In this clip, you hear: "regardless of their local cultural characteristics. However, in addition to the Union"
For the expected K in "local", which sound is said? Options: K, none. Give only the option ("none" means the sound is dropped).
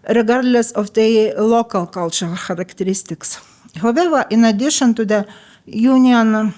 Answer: K